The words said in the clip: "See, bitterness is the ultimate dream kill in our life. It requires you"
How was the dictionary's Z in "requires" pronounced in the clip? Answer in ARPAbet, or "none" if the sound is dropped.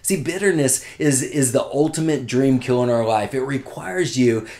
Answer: Z